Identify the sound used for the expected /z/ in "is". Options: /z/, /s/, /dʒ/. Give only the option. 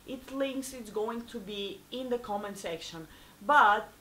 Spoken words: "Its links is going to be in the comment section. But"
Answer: /s/